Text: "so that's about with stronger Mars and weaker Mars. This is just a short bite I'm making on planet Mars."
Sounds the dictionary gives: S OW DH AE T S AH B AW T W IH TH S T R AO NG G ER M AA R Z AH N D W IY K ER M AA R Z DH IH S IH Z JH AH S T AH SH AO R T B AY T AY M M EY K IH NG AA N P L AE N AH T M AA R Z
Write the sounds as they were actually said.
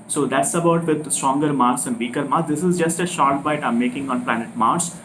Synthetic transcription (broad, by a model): S OW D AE T S AH B AW T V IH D S T R AO NG G ER M AA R S AH N D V IY K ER M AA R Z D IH S IH Z JH AH S T AH SH AO R T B AY T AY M M EY K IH NG AA N P L AE N AH T M AA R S